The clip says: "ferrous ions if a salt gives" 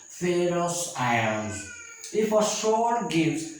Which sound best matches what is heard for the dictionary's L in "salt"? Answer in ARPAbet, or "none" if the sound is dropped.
none